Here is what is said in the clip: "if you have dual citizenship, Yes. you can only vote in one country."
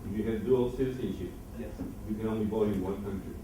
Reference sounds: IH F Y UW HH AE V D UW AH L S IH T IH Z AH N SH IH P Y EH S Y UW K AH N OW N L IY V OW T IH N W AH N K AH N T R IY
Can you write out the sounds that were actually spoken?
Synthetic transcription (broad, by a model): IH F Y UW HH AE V D UW AH L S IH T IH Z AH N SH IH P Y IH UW K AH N OW N L IY B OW IH N W AH N K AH N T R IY